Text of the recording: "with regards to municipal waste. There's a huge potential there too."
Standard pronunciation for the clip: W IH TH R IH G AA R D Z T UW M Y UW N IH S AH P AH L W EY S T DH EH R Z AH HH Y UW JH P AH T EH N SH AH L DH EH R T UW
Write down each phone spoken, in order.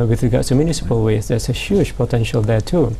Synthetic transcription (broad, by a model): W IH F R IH G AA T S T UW M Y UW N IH S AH P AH L W EY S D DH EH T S AH HH Y UW JH P AH T EH N SH AH L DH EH T UW